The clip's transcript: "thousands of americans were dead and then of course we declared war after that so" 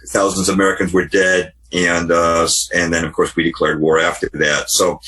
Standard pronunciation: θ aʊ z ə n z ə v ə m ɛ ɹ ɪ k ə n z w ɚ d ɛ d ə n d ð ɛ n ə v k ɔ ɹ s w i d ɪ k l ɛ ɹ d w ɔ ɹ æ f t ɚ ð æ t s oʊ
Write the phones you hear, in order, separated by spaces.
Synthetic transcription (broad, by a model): θ aʊ z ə n z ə ə m ɛ ɹ ɪ k ə n z w ɚ d ɛ d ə n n ð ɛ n ə v k ɔ ɹ s w i d ɪ k l ɛ ɹ d w ɔ ɹ æ f t ɚ ð æ t s oʊ